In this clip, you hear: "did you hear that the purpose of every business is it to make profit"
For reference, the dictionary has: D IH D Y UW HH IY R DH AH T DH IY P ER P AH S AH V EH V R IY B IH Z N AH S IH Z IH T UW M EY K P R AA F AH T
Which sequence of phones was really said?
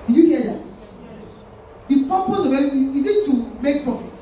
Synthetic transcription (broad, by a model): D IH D Y UW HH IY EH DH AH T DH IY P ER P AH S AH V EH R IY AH IH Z IH T UW M EY K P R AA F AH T